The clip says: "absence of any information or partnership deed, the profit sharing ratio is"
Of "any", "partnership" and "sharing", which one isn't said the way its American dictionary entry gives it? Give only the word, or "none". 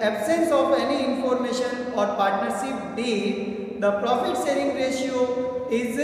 sharing